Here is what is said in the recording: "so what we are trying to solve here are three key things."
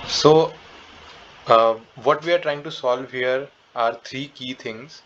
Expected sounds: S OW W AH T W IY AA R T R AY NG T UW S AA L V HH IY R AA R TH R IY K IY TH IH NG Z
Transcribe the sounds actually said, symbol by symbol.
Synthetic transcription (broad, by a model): S OW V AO T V IY AA R T R AY NG T UW S AA L V HH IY R AA R T R IY K IY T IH NG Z